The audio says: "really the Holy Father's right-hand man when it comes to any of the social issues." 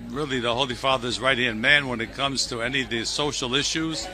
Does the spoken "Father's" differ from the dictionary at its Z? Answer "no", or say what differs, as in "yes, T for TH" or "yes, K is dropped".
no